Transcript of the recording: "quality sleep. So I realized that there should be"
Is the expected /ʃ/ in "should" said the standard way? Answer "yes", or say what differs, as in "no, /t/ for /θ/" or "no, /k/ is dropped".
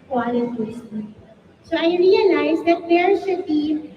no, /s/ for /ʃ/